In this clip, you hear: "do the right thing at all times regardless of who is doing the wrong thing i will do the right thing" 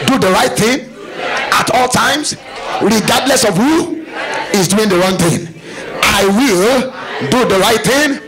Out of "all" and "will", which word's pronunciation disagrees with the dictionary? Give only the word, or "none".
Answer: none